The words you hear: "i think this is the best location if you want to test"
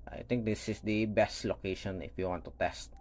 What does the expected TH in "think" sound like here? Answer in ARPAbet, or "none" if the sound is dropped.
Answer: T